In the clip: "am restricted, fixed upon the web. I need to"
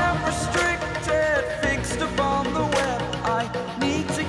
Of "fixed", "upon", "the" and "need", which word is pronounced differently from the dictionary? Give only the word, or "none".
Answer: none